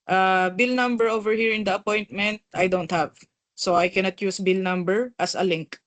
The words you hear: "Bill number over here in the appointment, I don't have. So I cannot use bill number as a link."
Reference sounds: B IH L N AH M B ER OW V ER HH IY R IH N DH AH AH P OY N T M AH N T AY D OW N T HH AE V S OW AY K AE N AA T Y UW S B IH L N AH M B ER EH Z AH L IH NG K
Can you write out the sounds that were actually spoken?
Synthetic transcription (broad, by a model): B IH L N AH M B ER OW V ER HH IY R IH N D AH AH P OY N T M AH N T AY D OW N T HH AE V S OW AY K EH N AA T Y UW S B IH L N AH M B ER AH S AH L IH NG K